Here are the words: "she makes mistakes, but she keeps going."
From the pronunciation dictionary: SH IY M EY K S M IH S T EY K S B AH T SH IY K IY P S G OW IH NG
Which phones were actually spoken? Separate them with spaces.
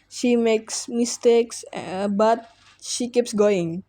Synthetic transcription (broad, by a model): SH IY M EY K S M IH S T EY K S B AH T SH IY K IY P S G OW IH NG